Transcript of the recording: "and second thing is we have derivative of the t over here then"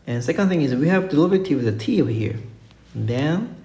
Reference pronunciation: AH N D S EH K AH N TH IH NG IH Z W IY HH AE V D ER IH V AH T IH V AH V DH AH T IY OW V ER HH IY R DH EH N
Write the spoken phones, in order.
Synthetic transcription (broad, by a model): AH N S EH K AH N TH IH NG IH Z W IY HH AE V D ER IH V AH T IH W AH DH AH T IY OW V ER HH IY R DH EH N